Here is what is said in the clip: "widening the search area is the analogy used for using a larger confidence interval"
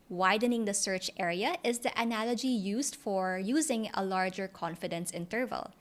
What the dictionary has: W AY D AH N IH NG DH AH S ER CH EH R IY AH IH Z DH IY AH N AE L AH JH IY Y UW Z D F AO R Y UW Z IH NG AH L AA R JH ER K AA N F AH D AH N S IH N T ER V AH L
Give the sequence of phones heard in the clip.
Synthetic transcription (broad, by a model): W AY D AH N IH NG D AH S ER CH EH R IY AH IH Z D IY AH N AE L AH JH IY Y UW Z D F AO R Y UW Z IH NG AH L AA R JH ER K AA N F AH D AH N S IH N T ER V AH L